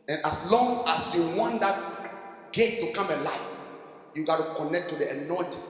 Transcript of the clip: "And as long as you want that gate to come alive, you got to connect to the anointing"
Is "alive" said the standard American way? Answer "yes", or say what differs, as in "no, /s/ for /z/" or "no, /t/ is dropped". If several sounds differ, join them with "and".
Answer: no, /f/ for /v/